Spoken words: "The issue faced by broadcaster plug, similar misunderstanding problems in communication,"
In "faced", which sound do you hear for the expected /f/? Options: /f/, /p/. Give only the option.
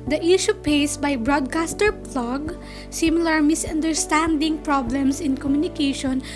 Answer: /p/